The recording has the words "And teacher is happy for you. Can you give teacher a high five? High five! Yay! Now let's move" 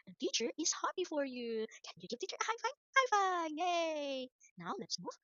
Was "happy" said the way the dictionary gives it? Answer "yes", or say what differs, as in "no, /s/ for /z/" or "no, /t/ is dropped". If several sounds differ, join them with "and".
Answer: no, /b/ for /p/